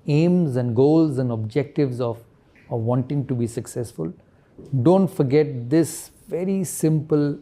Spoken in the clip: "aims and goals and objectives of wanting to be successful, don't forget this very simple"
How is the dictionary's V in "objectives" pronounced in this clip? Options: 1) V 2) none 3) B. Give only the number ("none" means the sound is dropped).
1